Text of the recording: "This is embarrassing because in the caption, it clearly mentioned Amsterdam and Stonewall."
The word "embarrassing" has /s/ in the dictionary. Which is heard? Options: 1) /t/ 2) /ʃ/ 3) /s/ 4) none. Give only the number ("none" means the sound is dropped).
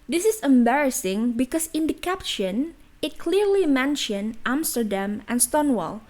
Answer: 3